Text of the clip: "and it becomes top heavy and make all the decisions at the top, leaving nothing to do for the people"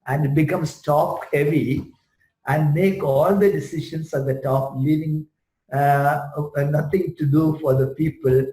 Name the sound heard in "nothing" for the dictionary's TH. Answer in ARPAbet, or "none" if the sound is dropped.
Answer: T